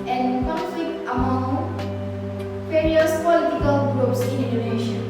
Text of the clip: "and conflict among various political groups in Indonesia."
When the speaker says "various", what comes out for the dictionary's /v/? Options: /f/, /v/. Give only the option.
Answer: /f/